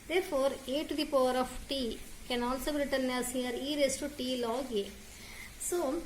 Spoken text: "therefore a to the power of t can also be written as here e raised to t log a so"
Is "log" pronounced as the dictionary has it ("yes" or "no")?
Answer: yes